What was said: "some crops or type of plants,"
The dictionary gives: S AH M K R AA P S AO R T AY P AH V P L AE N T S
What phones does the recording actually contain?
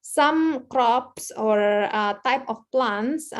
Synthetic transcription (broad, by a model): S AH M K R AA P S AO R T AY P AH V P L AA N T S